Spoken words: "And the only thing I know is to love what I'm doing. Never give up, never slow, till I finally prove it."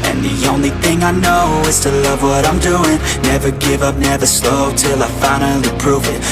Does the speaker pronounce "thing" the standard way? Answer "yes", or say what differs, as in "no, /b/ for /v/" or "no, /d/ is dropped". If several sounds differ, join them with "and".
yes